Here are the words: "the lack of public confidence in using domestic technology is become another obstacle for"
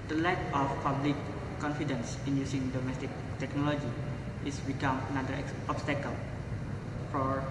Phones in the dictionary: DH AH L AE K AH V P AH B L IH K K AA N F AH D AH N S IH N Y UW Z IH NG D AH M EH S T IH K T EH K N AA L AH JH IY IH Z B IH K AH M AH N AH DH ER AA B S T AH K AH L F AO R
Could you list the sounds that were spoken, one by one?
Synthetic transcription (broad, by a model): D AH L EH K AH F P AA B L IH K K AA N F AH D AH N S IH N Y UW S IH NG D AH M EH S T IH K T EH K N AA L AH JH IY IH S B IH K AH M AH N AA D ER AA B S T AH K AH L F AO R